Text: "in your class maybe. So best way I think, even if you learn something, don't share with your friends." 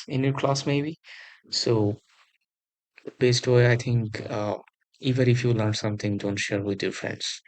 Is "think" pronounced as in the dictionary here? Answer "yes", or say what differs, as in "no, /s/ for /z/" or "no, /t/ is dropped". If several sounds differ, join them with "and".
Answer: no, /t/ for /θ/